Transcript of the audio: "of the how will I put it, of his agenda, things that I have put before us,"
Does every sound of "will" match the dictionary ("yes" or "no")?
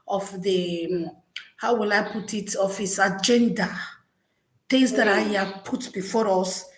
yes